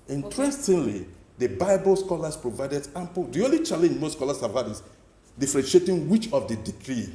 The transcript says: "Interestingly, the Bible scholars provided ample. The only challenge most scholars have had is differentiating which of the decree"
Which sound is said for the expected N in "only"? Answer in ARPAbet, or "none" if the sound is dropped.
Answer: none